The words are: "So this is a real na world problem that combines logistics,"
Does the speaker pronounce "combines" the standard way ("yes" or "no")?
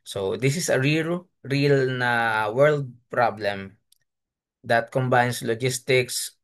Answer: no